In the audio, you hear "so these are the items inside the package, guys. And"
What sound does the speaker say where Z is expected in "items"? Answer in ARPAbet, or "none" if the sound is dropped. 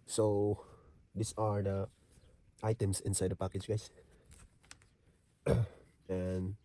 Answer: S